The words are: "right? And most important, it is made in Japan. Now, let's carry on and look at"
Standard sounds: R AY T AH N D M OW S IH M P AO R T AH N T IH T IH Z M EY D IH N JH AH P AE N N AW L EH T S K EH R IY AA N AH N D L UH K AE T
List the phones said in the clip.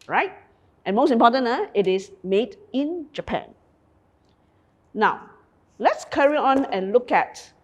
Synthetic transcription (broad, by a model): R AY T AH N M OW S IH M P AO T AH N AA IH T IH S M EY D IH N JH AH P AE N N AW L EH T S K EH R IY AA N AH N L UH K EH T